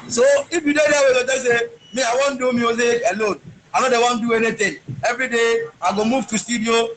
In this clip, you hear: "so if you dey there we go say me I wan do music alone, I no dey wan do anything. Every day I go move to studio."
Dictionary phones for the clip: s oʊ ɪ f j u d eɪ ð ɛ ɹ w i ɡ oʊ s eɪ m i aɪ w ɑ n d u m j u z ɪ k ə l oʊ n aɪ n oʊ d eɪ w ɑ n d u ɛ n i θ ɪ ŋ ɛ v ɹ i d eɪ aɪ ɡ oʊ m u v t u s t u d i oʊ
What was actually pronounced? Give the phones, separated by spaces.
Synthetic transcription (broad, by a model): s oʊ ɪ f j u d eɪ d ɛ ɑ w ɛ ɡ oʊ s eɪ m i aɪ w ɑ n d u m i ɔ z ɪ ə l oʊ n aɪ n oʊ d eɪ w ɑ n d u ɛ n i t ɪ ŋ ɛ v ɹ i d eɪ aɪ ɡ oʊ m u v t u s t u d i oʊ